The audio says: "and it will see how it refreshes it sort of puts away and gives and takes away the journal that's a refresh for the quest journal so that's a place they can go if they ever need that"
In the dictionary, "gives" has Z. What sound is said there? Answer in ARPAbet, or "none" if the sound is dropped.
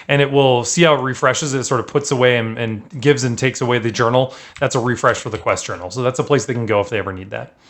Z